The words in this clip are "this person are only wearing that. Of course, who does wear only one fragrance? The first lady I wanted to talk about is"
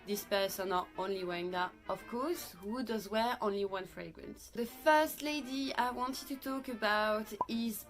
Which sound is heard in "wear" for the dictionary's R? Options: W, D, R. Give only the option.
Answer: R